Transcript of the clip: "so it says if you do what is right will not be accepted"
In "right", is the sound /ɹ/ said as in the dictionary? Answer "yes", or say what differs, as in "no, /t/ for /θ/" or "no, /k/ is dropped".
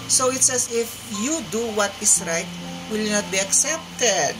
yes